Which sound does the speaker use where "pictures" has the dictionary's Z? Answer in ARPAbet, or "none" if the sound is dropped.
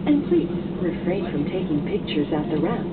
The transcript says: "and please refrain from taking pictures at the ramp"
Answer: Z